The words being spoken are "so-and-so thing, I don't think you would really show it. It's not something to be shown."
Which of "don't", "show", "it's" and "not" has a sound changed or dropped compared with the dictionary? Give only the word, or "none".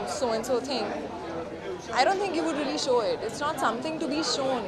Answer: none